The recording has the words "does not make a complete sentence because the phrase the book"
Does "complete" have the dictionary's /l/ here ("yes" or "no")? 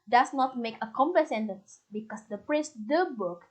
no